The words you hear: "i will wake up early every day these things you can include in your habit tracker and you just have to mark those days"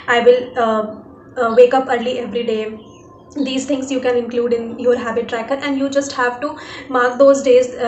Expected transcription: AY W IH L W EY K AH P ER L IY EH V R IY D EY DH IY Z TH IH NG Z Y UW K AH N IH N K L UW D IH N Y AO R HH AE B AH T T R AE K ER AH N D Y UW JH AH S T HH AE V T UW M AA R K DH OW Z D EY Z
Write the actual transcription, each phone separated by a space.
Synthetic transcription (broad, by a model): AY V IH L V EY K AH P ER L IY EH V R IY D EY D IY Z T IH NG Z Y UW K AH N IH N K L UW D IH N Y AO R HH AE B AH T T R AE K ER AH N D Y UW JH AH S T HH AE V T UW M AA R K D OW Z D EY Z